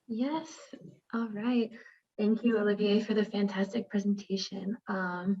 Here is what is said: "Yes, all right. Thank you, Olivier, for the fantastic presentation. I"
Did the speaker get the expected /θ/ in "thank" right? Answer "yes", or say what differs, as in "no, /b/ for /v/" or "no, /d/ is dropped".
yes